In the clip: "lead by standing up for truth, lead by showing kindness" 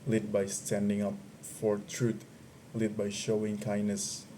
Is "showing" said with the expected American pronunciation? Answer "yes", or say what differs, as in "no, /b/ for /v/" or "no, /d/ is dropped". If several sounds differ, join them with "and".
yes